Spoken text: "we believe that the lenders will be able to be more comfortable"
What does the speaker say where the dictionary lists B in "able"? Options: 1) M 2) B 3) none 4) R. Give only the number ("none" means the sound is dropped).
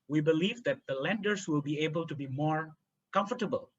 2